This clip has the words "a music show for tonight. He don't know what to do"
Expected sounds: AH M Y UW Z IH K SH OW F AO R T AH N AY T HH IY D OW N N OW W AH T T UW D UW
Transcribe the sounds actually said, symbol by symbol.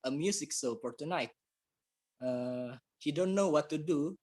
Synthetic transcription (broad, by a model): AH M Y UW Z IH K S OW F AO R T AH N AY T HH IY D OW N N OW W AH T T UW D UW